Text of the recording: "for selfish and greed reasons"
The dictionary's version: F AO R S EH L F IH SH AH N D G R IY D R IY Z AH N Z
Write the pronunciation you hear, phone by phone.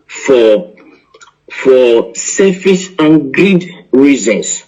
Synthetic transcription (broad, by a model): F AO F S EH F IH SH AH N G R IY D R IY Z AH N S